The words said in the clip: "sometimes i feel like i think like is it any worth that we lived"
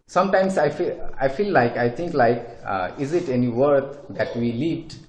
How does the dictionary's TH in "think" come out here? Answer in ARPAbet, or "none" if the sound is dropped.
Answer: T